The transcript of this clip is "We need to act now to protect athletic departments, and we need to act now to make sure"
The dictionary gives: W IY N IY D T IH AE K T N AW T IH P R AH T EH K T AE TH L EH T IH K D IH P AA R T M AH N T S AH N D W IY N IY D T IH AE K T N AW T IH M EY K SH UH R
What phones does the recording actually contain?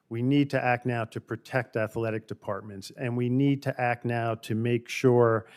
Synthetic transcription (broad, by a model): W IY N IY D T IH AE K T N AW T IH P R AH T EH K T AE TH L EH T IH K D IH P AA R T M AH N T S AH N W IY N IY D T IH AE K T N AW T IH M EY K SH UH R